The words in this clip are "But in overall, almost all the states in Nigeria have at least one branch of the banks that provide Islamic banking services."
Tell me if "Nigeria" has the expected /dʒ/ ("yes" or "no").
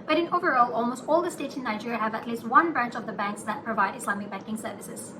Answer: yes